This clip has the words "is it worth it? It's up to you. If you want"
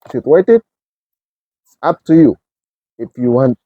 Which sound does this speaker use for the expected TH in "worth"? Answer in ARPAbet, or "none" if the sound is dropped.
T